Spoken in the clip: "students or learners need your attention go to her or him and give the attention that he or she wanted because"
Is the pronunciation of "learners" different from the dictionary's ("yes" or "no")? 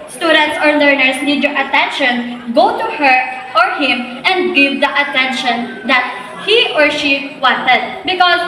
yes